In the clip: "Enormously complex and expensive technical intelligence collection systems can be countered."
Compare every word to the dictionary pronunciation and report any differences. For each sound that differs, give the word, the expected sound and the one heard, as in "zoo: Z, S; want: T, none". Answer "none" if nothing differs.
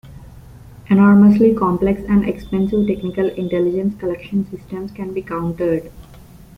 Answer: none